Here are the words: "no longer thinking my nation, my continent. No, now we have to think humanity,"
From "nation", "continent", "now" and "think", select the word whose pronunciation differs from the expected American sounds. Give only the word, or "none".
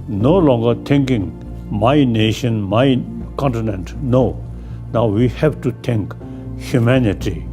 think